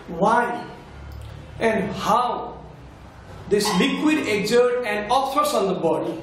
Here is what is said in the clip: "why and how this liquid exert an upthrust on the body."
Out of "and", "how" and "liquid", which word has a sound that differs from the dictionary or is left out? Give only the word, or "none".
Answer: none